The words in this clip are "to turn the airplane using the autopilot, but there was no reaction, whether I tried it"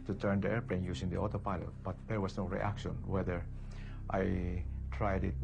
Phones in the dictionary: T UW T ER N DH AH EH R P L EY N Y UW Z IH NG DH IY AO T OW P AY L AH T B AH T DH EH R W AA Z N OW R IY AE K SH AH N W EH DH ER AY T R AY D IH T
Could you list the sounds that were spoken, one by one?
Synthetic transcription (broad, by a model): T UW T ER N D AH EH R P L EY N Y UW S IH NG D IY AO T OW P AY L AH T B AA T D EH R W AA S N OW R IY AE K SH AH N W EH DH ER AY T R AY D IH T